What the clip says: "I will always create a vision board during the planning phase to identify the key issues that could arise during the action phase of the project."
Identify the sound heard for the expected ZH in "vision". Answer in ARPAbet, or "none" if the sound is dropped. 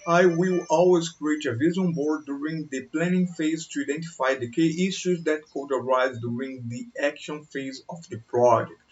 Z